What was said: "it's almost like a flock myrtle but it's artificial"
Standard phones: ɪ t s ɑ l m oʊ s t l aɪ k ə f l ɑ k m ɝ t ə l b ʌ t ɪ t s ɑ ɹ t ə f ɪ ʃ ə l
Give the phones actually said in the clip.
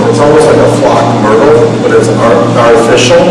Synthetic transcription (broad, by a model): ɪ t s ɑ l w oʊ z l aɪ k ə f l ɑ k m ɝ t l b ʌ t ɪ t s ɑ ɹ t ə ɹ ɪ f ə l